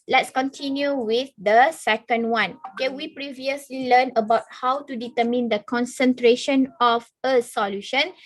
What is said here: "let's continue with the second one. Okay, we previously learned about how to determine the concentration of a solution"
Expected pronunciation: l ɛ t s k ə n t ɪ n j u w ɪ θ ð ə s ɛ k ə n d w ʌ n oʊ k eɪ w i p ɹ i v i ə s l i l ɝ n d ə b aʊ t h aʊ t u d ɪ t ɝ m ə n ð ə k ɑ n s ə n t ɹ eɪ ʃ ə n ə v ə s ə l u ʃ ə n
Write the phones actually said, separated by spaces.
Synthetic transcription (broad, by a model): l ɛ t s k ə n t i n j u w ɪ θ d ə s ɛ k ə n d w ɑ n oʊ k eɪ w i p ɹ i v i ə s l i l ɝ n ə b aʊ t h aʊ t u d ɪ t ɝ m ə n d ə k ɑ n s ə n t ɹ eɪ ʃ ə n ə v ə s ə l u ʃ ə n